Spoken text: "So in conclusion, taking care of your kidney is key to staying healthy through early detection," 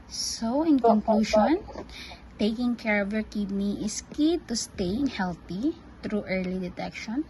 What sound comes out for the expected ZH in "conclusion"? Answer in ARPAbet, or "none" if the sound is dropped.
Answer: SH